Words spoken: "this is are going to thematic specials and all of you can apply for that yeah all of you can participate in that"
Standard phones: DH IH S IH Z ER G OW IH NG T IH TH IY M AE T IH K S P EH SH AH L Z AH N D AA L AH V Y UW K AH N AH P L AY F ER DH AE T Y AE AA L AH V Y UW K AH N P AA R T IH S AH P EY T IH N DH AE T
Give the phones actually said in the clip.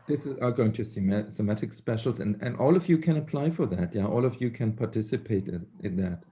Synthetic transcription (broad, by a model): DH IH S IH Z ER G OW IH NG T IH S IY M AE T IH K S P EH SH L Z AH N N AA L AH V Y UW K AH N AH P L AY F ER DH AE T Y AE AA L AH V Y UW K AH N P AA R T IH S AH P EY T IH N DH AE T